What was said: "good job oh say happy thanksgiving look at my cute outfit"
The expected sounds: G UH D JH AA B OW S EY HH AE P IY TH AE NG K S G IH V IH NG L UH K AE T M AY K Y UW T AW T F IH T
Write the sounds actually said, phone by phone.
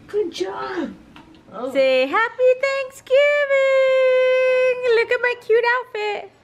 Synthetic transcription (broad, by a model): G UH D JH AA B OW S EY HH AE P IY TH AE NG K S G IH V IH NG L UH K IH T M AY K Y UW T AW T F IH T